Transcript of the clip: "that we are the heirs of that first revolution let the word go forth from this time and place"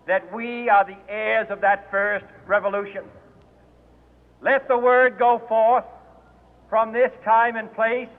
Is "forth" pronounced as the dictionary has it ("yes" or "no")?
yes